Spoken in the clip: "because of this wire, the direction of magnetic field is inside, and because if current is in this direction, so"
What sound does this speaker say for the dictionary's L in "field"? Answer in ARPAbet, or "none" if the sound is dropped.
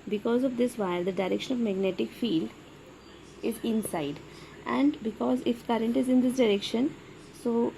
L